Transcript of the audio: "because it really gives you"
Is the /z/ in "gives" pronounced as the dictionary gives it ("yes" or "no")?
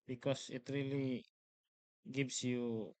no